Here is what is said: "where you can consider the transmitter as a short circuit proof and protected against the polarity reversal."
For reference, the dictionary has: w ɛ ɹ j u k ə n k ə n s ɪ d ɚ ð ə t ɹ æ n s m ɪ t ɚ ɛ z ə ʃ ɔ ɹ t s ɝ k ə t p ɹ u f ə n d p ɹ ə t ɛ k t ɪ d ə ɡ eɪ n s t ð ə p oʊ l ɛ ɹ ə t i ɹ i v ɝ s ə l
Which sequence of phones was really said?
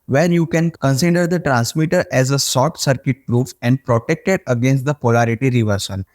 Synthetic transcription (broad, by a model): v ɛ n j u k ə n k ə n s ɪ d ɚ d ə t ɹ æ n s m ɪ t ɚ ɛ z ə s ɔ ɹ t s ɝ k ə t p ɹ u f ə n d p ɹ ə t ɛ k t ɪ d ə ɡ eɪ n s t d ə p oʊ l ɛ ɹ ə t i ɹ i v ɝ s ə l